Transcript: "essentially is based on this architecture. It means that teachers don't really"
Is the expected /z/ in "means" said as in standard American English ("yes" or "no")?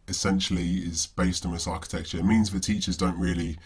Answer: yes